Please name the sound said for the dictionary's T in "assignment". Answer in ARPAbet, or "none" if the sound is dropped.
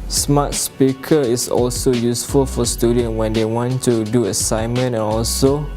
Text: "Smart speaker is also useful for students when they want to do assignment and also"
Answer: none